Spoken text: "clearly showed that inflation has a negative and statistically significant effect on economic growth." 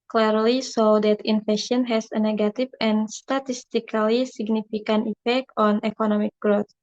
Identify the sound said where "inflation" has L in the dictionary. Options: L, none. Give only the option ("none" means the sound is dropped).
none